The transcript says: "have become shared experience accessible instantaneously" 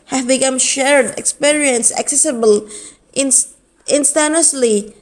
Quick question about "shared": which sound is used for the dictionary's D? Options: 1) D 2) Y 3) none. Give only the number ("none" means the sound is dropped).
1